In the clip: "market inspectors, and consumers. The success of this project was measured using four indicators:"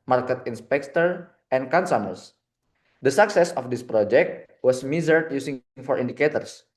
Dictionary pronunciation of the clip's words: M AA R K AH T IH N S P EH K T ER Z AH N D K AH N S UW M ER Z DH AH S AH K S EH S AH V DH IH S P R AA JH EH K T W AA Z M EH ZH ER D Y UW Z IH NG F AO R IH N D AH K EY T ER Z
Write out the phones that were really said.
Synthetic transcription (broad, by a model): M AA R K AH T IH N S P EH K T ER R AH N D K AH N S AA M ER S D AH S AH K S EH S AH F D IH S P R AA JH EH K T W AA S M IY Z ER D Y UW S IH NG F AO R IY N D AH K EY T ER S